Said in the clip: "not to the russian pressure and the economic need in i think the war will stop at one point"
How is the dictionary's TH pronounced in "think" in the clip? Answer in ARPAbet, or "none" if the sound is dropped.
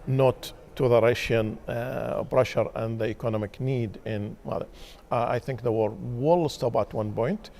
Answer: TH